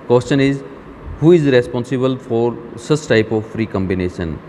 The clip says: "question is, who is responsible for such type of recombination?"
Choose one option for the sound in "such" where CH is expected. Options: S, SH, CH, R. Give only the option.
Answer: S